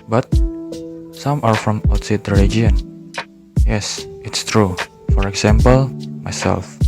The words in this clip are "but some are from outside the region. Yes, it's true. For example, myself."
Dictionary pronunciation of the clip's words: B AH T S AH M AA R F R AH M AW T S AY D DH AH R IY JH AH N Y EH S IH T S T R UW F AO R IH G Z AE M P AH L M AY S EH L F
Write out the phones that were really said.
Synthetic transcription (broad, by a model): B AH T S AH M AA R F R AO M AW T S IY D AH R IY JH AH N Y EH S IH T S T R UW F AO R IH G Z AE M P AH L M AY S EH L F